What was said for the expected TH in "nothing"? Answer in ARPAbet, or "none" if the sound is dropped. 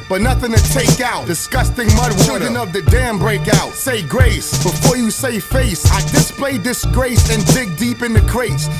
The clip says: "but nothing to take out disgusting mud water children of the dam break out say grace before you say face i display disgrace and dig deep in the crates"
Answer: TH